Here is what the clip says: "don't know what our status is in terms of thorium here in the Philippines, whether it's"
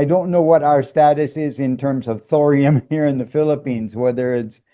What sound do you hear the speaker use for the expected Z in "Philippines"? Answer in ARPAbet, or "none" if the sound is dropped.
Z